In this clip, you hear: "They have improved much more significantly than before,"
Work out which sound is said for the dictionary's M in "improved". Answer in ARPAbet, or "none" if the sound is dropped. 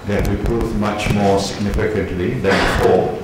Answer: none